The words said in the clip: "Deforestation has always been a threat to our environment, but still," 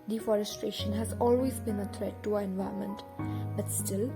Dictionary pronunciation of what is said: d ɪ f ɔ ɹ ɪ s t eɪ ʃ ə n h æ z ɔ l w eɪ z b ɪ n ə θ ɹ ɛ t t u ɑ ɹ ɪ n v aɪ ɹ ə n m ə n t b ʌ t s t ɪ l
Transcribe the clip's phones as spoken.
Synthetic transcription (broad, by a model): d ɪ f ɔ ɹ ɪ s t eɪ ʃ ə n h æ z ɔ l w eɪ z b ɪ n ə t ɹ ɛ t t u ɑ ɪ n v aɪ ə m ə n t b ʌ t s t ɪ l